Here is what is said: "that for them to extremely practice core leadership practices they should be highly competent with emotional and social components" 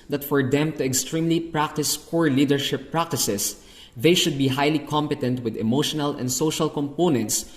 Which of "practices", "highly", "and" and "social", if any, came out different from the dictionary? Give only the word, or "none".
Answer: practices